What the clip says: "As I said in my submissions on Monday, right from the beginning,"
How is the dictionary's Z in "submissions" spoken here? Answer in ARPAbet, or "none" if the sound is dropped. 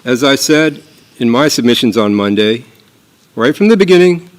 Z